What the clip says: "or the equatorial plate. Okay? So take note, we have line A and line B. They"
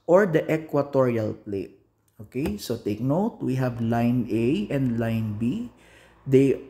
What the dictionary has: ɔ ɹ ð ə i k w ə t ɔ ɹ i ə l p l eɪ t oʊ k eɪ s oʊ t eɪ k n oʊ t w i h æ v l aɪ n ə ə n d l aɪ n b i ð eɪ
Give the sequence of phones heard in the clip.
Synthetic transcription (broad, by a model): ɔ ɹ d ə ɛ k w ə t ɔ ɹ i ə l p l eɪ t oʊ k eɪ s oʊ t eɪ k n oʊ t w i h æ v l aɪ n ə ə n d l aɪ n b i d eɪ